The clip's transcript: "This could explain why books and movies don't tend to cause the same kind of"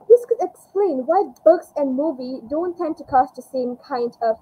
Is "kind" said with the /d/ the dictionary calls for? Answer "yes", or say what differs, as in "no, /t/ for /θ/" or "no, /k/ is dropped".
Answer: yes